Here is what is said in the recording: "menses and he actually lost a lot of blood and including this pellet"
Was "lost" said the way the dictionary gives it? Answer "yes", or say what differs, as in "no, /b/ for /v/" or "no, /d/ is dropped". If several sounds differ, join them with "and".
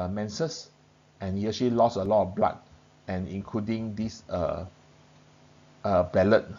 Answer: no, /t/ is dropped